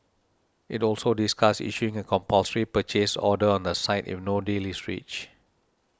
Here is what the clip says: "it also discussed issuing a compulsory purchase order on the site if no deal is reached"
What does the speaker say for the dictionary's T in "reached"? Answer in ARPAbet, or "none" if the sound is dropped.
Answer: none